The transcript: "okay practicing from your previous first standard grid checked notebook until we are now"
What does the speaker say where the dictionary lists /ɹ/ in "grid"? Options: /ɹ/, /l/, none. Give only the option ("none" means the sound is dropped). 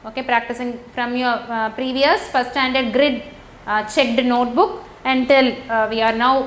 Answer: /ɹ/